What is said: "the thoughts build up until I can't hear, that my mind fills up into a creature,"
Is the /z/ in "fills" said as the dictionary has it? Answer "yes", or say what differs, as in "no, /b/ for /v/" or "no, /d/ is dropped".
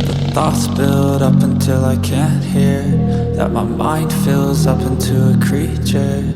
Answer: yes